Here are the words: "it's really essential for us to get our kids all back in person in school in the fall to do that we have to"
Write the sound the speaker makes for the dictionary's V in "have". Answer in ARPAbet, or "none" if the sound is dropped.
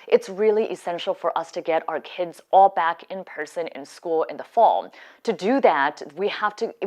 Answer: F